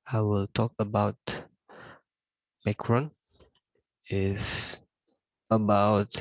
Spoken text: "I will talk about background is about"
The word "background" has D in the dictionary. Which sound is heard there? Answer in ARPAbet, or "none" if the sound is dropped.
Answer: none